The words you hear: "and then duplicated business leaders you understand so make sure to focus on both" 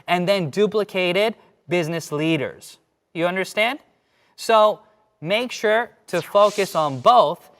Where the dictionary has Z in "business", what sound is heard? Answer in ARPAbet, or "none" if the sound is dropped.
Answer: Z